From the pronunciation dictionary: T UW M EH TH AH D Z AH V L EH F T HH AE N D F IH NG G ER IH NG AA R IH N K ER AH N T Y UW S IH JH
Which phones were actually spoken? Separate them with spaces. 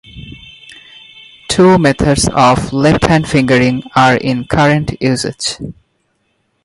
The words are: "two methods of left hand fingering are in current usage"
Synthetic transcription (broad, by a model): T UW M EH T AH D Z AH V L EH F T HH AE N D F IH NG G ER IH NG AA R IH N K ER AH N T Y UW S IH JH